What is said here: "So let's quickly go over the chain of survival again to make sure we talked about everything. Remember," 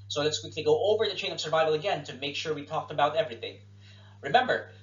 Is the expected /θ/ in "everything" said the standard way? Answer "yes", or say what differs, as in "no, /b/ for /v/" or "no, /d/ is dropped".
yes